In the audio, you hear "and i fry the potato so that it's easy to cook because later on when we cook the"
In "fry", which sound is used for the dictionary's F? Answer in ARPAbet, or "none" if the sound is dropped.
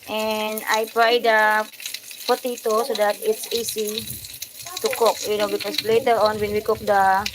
P